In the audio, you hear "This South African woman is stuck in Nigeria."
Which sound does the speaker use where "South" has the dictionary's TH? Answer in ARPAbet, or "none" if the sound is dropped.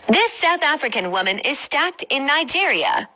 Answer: TH